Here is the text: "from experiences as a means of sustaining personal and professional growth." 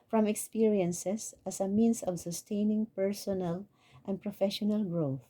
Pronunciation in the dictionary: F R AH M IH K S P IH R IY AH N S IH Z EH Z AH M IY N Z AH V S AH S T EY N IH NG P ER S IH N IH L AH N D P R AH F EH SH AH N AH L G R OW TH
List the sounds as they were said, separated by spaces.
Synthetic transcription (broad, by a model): F R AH M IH K S P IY R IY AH N S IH S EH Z AH M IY N S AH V S AH S T EY N IH NG P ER S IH N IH L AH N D P R AH F EH SH AH N AH L G R OW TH